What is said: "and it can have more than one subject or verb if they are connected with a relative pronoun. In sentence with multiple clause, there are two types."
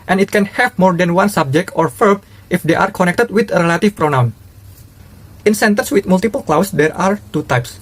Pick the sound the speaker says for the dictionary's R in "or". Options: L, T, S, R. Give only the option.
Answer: R